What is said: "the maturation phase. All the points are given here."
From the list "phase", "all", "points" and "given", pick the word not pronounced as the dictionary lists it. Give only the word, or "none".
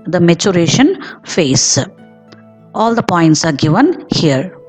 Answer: phase